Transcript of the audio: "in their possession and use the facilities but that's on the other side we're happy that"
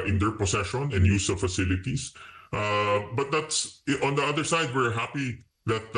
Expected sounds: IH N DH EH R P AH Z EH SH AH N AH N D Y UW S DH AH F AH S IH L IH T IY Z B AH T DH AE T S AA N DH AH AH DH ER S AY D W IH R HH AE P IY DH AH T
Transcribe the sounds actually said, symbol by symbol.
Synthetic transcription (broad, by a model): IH N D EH R P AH S EH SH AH N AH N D Y UW S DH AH F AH S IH L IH T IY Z B AH T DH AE T S AA N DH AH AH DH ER S AY D W IH R HH AE P IY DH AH T